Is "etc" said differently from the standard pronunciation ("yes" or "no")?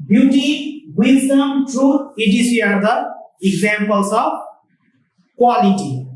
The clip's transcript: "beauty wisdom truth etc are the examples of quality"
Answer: yes